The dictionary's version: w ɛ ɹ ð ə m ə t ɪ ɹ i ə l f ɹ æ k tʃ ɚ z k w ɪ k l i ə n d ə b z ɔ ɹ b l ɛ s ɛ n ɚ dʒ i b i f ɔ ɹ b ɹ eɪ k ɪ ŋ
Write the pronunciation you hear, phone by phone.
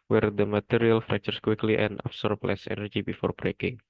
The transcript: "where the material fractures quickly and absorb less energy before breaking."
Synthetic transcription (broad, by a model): w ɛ ɹ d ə m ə t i ɹ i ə l f ɹ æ k tʃ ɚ s k w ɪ k l i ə n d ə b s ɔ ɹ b l ɛ s ɛ n ɚ dʒ i b i f ɔ ɹ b ɹ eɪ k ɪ ŋ